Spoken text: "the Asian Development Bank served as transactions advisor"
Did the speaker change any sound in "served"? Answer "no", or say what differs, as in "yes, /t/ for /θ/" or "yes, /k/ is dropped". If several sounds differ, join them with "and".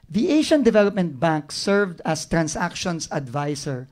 no